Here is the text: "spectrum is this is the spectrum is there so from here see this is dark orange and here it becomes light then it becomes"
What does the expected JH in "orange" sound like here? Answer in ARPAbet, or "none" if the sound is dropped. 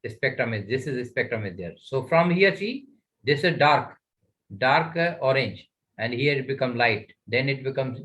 JH